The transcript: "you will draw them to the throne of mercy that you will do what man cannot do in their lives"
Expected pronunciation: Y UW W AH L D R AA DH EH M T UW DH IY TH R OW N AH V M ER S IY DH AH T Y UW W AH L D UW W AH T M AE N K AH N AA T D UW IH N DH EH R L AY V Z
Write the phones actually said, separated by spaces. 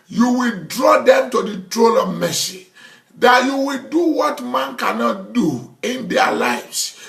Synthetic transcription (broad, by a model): Y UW W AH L D R AA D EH M T UW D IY T R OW L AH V M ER S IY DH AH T Y UW W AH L D UW W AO T M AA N K AH N AA T D UW IH N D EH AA L AY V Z